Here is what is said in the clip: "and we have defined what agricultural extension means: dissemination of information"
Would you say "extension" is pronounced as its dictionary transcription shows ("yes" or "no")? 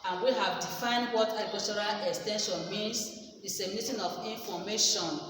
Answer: yes